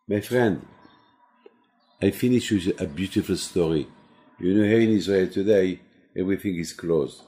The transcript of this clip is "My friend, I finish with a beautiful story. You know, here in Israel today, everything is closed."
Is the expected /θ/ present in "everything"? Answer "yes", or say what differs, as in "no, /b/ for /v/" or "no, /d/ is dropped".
yes